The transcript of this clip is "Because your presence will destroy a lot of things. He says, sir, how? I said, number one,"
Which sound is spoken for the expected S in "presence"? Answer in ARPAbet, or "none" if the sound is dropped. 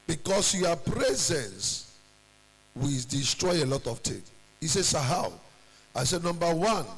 S